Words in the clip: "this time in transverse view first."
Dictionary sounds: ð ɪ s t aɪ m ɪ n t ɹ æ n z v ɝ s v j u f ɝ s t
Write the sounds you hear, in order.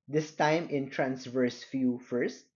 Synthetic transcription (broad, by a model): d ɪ s t aɪ m ɪ n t ɹ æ n s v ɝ s f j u f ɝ s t